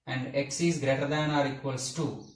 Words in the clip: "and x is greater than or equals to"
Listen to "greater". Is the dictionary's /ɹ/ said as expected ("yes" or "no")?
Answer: yes